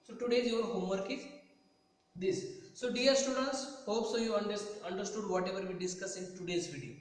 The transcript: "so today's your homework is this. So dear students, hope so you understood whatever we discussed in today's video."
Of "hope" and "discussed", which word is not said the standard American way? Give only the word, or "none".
discussed